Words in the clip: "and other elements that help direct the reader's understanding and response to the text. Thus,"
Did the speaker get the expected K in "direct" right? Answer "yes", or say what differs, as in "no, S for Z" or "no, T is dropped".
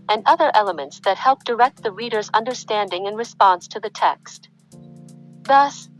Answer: yes